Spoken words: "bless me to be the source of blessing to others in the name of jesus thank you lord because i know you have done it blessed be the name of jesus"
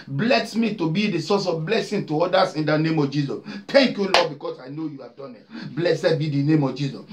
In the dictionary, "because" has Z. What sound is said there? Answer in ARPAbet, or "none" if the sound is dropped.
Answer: S